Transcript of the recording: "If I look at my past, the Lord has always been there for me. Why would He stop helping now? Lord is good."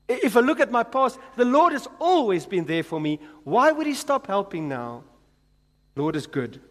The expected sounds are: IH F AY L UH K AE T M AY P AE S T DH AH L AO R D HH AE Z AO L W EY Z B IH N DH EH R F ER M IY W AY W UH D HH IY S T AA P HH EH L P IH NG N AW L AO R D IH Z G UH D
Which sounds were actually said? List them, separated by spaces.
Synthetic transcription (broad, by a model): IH F AY L UH K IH T M AY P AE S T DH AH L AO R D HH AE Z AO L W EY Z B IH N DH EH R F ER M IY W AY W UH D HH IY S T AA P HH EH L P IH NG N AW L AO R D IH Z G UH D